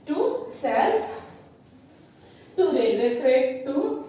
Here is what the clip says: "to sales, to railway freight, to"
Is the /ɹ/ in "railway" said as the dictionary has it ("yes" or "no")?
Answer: no